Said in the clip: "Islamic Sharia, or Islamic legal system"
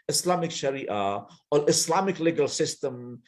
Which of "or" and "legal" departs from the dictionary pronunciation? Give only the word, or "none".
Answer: or